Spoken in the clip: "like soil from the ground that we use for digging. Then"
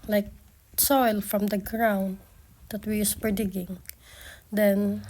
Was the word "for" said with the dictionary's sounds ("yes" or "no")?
no